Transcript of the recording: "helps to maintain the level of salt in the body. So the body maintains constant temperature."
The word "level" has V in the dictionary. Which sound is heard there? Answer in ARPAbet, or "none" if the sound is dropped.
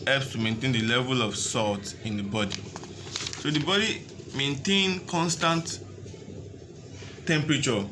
V